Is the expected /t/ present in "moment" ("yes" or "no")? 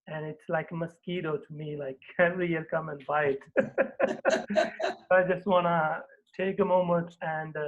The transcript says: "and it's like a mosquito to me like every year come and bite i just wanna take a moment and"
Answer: yes